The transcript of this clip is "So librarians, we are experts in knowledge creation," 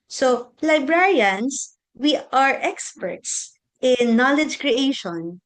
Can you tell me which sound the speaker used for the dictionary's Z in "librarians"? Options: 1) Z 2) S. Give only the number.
2